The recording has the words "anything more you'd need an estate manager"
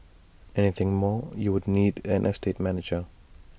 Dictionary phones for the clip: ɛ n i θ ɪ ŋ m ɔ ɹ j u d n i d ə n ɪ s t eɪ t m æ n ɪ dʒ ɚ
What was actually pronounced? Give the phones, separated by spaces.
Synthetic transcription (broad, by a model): ɛ n i θ ɪ ŋ m ɔ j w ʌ d n i d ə n ɪ s t eɪ t m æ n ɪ dʒ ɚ